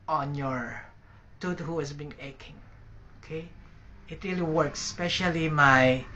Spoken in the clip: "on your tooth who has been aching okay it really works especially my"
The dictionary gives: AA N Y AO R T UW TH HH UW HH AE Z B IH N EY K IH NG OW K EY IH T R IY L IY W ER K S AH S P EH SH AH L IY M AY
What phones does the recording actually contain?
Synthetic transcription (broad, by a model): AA N Y AO R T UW T HH UW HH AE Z B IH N EY K IH NG OW K EY IH T R IY L IY W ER K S S P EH SH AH L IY M AY